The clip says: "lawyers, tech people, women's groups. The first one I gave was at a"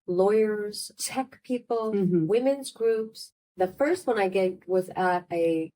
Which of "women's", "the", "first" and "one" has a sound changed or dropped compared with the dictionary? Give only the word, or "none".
none